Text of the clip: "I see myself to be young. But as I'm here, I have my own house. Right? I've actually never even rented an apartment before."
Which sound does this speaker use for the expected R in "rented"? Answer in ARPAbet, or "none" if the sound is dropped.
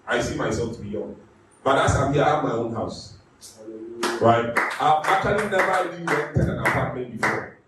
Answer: W